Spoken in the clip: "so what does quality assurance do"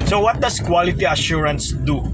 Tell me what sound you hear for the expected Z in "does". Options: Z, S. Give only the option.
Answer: S